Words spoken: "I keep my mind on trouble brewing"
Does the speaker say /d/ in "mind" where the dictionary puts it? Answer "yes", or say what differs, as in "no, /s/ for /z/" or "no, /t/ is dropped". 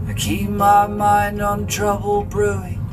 yes